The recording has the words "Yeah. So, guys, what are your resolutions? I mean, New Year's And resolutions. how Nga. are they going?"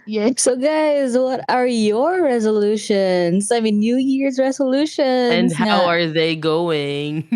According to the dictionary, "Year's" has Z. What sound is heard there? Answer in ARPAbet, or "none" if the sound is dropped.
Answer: Z